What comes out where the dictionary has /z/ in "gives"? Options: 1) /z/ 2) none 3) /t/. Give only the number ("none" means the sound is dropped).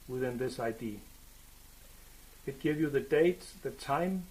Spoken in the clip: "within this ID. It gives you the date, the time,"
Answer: 2